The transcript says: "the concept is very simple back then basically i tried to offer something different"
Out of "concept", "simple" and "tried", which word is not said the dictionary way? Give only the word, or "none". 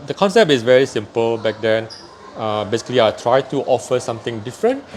none